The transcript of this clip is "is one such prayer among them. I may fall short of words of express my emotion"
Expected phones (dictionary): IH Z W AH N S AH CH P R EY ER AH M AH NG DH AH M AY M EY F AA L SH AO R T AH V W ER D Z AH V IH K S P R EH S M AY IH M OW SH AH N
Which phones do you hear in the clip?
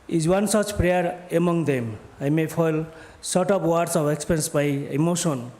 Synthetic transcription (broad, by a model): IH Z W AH N S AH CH P R EY ER AH M AH NG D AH M AY M EY P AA L S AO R T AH P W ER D S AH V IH K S P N S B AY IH M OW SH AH N